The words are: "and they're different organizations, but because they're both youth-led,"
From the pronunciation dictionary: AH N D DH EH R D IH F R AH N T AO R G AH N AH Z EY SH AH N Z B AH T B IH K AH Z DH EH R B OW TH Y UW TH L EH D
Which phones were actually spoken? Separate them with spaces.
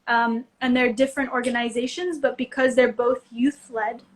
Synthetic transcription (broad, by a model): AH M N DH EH R D IH F R AH N T AO R G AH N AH Z EY SH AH N Z B AH T B IH K AH Z DH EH R B OW TH Y UW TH L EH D